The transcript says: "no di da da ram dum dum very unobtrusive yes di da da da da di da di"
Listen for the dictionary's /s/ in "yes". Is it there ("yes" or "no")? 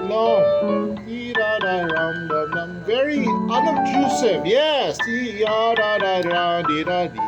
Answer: yes